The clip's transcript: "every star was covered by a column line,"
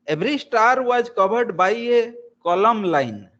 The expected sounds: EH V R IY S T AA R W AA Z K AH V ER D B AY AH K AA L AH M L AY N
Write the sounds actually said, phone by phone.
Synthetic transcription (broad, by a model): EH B R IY S T AA R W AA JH K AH B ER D B AY AH K AA L AH M L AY N